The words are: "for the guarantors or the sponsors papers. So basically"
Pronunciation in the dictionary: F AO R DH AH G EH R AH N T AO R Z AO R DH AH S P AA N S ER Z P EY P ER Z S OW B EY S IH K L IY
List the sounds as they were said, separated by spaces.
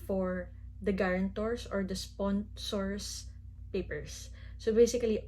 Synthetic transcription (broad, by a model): F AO R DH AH G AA R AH N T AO R S AO R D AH S P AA N S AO S P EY P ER S OW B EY S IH K L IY